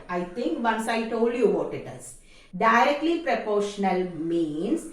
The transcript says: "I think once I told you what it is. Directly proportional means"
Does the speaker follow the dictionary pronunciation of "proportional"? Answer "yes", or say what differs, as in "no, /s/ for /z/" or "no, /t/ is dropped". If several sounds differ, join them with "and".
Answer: yes